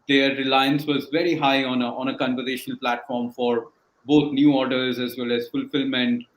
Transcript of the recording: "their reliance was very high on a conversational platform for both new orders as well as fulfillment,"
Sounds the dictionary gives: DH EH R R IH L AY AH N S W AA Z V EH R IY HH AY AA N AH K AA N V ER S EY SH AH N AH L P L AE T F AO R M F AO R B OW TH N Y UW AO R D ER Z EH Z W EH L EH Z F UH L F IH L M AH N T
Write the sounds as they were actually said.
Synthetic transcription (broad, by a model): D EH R R IH L AY AH N S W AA Z V EH R IY HH AY AA N AH K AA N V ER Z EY SH AH N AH L P L AE T F AO R M F AO R B OW T N Y UW AO R D ER Z EH Z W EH L EH Z F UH L F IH L M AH N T